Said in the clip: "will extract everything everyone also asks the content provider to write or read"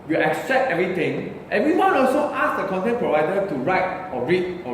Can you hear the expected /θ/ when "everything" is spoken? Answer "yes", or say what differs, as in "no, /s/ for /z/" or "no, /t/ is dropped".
no, /t/ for /θ/